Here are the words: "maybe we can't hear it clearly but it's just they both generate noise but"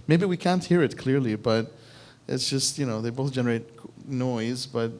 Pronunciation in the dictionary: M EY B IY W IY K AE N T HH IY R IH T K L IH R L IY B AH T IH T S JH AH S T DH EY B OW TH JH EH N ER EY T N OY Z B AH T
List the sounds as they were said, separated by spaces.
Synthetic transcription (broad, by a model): M EY B IY W IY K AE N T HH IY R IH T K L IH R L IY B AH T IH T S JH AH S T DH EY B OW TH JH EH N ER EY T N OY Z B AH T